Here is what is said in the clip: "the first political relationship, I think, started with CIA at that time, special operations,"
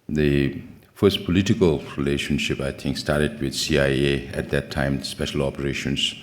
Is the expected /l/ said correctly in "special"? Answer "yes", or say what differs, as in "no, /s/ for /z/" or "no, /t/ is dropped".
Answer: yes